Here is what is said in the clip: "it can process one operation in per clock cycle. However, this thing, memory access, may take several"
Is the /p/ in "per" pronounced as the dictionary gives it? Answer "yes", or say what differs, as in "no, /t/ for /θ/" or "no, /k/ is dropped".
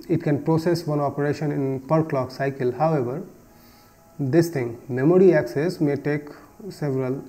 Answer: yes